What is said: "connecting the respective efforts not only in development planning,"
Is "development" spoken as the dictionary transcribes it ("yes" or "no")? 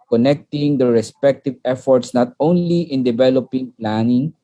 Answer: no